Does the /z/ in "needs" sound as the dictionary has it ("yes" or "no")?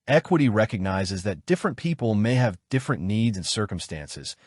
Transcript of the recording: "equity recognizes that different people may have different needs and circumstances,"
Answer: yes